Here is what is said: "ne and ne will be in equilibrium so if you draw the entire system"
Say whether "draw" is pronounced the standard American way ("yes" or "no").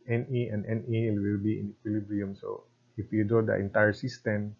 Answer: no